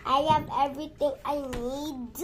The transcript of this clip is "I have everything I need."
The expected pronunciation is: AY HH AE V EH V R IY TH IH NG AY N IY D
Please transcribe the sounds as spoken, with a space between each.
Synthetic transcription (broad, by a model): AY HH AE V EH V R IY T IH NG AY N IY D